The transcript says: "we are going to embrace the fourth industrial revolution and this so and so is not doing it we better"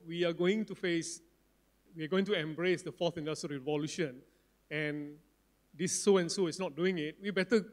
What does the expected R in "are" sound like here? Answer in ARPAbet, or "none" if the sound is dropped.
W